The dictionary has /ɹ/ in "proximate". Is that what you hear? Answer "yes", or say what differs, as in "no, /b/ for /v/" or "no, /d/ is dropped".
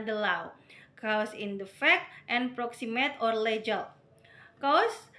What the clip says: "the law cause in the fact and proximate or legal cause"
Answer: yes